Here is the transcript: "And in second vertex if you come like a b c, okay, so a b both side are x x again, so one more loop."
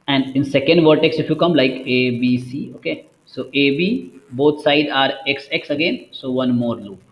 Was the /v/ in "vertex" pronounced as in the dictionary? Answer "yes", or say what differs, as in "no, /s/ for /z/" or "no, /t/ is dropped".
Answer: yes